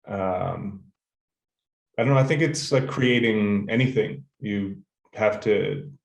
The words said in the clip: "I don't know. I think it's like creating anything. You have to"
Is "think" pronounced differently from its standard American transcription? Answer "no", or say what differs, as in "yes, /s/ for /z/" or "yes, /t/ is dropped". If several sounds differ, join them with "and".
no